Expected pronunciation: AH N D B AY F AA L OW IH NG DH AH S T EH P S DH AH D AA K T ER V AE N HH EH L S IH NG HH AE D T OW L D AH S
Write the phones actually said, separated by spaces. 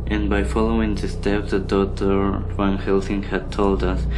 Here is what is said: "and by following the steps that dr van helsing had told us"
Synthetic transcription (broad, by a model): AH N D B AY F AA L OW IH NG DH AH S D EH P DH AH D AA T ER W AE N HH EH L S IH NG HH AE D T OW L D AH S